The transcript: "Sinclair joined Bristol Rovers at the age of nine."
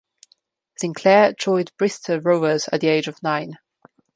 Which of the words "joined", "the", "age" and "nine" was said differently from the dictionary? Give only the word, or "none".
joined